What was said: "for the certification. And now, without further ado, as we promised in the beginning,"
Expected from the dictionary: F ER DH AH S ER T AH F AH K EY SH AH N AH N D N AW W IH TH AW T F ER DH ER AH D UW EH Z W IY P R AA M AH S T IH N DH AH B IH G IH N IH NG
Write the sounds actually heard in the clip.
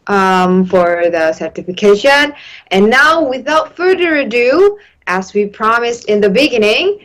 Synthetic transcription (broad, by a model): F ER DH AH S ER T AH F AH K EY SH AH N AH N N AW W IH TH AW T F ER DH ER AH D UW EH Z W IY P R AA M AH S T IH N DH AH B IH G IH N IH NG